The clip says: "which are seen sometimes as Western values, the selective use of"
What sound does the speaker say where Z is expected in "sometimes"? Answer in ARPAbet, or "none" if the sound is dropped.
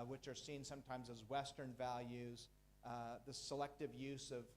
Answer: Z